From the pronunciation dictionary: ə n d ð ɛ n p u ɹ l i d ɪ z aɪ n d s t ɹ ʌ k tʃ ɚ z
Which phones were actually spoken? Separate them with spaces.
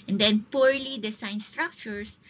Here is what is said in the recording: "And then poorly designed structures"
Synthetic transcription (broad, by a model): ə n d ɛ n p u ɹ l i d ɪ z aɪ n s t ɹ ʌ k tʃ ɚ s